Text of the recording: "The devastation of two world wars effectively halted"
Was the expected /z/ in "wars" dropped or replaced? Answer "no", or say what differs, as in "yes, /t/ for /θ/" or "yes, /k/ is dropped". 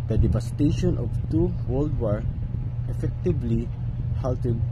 yes, /z/ is dropped